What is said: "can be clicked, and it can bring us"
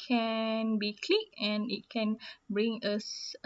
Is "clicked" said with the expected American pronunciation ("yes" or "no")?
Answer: no